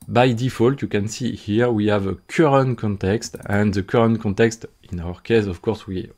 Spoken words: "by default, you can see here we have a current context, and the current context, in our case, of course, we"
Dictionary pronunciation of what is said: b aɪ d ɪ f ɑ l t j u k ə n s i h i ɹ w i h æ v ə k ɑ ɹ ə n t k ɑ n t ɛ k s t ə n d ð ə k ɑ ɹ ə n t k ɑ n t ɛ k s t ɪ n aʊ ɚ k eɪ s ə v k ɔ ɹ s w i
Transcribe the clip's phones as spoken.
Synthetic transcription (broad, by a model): b aɪ d ɪ f ɑ l t j u k ə n s i h i ɹ w i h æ v ə k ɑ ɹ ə n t k ɑ n t ɛ k s t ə n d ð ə k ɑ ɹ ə n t k ɑ n t ɛ k s t ɪ n aʊ ɚ k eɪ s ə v k ɔ ɹ s w i